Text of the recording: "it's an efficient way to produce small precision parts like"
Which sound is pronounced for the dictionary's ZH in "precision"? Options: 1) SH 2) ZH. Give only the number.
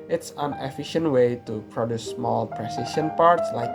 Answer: 1